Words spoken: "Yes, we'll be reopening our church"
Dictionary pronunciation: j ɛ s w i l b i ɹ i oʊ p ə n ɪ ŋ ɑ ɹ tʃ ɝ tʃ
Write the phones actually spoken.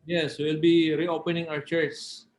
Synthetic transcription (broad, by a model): j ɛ s w i l b i ɹ i oʊ p ə n ɪ ŋ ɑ w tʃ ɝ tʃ